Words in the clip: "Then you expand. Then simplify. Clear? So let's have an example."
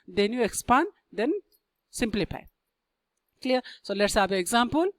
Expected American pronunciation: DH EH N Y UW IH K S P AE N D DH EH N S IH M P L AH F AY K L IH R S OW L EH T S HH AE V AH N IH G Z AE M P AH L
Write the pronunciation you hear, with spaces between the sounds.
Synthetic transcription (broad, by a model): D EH N Y UW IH K S P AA N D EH N S IH M P L AH F AY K L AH R S OW L EH T S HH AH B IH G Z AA M P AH L